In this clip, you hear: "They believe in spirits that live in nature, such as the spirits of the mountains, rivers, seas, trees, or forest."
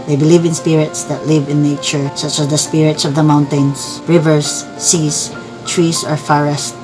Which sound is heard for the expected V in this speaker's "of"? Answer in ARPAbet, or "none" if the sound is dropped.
V